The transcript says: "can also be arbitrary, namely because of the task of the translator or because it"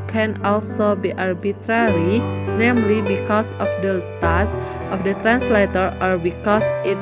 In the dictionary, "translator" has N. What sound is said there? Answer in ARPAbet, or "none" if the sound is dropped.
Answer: N